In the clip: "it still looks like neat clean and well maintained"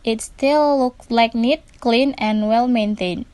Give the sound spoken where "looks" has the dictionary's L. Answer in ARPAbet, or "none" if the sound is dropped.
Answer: L